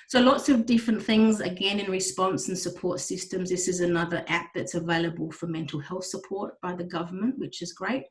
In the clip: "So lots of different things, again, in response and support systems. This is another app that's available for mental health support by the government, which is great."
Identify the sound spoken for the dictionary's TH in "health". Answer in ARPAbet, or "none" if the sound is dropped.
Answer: TH